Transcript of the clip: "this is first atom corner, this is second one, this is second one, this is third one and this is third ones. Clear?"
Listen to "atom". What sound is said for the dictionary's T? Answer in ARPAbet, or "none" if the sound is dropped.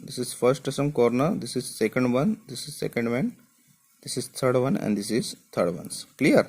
S